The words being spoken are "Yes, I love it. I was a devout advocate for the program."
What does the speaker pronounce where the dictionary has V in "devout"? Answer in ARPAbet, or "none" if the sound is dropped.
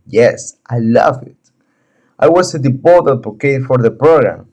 P